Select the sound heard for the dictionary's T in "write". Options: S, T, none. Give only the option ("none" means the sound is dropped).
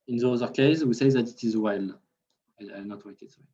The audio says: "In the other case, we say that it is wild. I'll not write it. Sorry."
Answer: none